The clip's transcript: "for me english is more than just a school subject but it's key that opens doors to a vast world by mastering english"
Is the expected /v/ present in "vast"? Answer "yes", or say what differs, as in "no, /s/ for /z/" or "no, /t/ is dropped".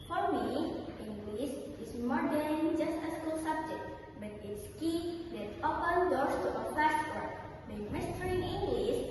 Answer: no, /f/ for /v/